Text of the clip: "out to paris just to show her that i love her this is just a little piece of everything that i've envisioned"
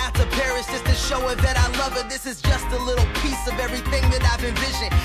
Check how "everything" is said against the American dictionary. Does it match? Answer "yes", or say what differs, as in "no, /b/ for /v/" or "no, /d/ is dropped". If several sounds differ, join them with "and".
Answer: yes